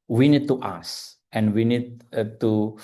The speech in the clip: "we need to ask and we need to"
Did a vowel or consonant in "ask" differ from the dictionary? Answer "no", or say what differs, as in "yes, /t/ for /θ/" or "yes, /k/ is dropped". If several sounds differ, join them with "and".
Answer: yes, /k/ is dropped